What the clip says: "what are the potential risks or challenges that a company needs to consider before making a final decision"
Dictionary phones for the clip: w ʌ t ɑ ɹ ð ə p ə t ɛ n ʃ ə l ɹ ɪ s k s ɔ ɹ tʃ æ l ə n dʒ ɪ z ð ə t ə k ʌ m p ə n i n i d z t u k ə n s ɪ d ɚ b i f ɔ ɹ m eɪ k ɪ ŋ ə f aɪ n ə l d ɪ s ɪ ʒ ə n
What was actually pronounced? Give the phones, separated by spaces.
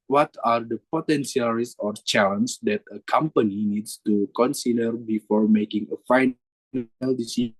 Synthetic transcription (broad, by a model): w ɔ t ɑ ɹ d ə p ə t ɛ n s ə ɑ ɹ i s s ɔ ɹ tʃ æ l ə n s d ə t ə k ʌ m p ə n i n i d s t u k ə n s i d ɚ b i f ɔ ɹ m eɪ k ɪ ŋ ə f aɪ n ə l d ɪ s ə